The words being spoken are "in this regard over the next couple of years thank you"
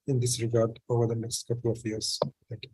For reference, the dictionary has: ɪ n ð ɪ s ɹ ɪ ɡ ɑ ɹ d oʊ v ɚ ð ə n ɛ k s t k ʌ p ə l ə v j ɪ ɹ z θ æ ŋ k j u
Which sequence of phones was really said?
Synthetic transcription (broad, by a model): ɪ n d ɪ s ɹ ɪ ɡ ɑ ɹ d oʊ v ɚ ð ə n ɛ k s t k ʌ p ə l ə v j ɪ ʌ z t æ k